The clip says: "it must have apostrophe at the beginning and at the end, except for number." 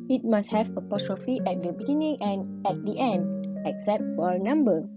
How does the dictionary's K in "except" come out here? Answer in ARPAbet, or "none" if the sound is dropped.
K